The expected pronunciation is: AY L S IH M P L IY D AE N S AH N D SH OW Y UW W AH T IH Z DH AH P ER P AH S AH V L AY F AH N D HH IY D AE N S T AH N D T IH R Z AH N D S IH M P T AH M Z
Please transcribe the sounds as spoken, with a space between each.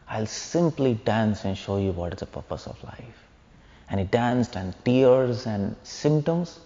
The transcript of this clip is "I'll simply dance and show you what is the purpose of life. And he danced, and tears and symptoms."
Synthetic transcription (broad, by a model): AY L S IH M P L IY D AE N S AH N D SH OW Y UW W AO T IH Z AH P ER P AH S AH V L AY F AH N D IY D AE N S T AH N D T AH R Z AH N D S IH M P T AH M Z